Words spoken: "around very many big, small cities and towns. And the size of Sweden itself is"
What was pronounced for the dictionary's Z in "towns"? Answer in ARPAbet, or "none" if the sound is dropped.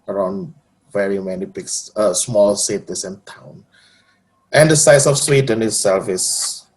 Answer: none